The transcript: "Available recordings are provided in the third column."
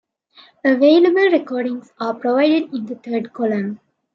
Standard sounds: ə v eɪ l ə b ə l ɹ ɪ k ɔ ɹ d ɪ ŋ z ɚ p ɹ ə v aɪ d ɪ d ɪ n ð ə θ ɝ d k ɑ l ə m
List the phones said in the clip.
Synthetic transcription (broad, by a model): ə v eɪ l ə b ə l ɹ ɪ k ɔ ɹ d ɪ ŋ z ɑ p ɹ ə v aɪ d ɪ d ɪ n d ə t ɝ d k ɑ l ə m